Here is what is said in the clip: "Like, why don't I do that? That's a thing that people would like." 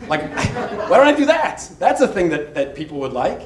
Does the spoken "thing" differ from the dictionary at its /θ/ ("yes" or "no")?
no